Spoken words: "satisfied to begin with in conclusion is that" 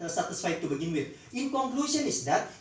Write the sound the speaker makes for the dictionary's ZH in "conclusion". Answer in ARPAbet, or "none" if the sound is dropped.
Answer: S